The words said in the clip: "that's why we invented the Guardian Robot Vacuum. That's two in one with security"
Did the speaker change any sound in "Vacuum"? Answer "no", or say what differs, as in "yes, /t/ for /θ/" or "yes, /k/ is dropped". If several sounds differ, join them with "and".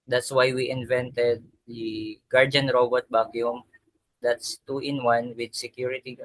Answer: yes, /b/ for /v/